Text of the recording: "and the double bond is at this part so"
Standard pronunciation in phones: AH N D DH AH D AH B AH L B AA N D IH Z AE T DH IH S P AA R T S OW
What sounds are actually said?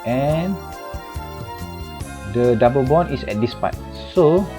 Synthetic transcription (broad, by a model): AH N D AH D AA B AH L B AA N IH S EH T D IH S P AA T S OW